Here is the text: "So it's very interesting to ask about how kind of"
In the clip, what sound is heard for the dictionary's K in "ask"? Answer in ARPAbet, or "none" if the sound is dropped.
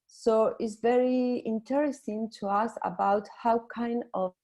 none